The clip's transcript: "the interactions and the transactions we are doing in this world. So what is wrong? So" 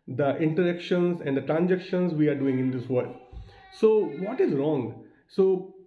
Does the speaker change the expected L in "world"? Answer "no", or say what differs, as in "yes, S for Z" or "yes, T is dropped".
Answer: yes, L is dropped